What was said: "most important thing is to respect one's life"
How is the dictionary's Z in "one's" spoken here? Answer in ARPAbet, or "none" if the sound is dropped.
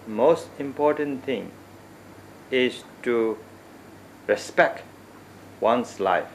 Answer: S